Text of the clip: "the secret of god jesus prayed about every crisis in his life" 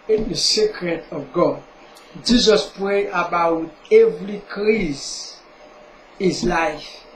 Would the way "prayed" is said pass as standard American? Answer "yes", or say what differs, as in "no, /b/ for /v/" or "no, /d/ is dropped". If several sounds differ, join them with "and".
no, /d/ is dropped